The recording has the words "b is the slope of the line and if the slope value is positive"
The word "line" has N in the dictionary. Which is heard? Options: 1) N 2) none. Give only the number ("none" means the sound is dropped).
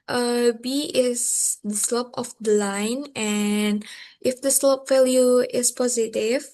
1